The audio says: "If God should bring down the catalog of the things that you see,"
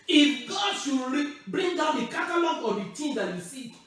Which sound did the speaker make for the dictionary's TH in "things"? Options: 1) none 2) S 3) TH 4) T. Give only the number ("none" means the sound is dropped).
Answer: 4